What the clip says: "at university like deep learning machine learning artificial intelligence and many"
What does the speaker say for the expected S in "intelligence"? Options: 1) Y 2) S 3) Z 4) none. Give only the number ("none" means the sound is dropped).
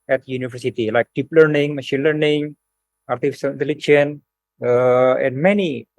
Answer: 4